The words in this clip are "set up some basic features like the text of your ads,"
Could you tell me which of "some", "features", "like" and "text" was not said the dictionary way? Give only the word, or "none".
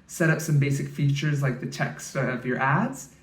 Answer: none